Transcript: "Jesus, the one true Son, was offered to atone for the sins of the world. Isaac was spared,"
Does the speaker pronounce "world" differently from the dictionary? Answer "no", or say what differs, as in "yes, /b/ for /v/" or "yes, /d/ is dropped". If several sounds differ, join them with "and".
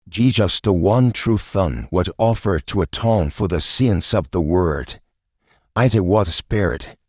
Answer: yes, /l/ is dropped